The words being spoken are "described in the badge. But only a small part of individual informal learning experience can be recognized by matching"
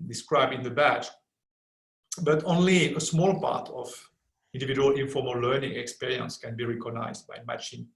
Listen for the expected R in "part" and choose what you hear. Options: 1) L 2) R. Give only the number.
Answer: 2